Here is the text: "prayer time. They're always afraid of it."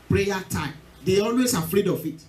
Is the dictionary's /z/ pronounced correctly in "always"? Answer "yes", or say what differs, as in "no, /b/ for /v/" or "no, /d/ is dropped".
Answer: no, /s/ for /z/